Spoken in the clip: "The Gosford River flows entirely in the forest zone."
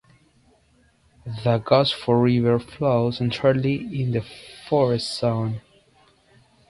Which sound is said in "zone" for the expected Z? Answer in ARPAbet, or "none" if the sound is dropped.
S